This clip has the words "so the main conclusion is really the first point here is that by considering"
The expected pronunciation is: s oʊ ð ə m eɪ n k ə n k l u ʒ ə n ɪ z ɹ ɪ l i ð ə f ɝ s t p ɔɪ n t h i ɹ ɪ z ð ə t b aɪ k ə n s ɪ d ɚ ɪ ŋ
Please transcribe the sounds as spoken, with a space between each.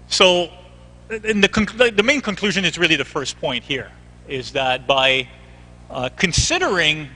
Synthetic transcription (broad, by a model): s oʊ ð ə m eɪ n k ə n k l u ʒ ə n ɪ z ɹ ɪ l i ð ə f ɝ s p ɔɪ n t h i ɹ ɪ z ð ə t b aɪ k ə n s ɪ d ɚ ɪ ŋ